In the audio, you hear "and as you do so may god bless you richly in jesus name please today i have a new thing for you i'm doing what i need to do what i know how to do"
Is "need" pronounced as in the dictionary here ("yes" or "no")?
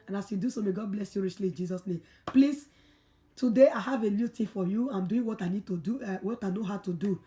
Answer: yes